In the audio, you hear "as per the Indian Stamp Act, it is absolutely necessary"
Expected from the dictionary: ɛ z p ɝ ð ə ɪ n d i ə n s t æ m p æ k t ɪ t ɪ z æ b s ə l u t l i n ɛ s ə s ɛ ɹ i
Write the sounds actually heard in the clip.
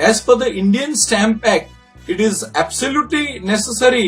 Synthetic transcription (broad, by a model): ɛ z f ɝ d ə ɪ n d i ə n s t æ m p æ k ɪ t ɪ z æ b s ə l u t l i n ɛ s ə s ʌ ɹ i